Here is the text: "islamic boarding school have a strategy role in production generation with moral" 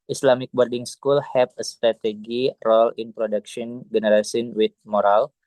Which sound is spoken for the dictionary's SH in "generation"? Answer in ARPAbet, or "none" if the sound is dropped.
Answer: S